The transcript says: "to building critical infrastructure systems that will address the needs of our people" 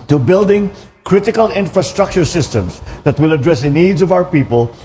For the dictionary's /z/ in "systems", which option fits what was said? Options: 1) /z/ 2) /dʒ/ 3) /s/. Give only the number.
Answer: 3